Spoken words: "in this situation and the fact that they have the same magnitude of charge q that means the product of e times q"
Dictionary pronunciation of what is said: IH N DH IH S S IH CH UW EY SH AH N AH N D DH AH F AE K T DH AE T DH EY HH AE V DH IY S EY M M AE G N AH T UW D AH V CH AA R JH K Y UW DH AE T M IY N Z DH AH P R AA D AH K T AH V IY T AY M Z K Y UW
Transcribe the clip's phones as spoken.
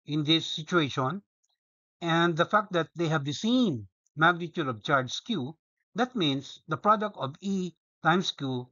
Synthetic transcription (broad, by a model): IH N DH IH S S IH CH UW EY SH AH N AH N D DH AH F AE K T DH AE T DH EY HH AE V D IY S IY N M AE G N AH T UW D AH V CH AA R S K Y UW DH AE T M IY N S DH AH P R AA D AH K T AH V IY T AY M S K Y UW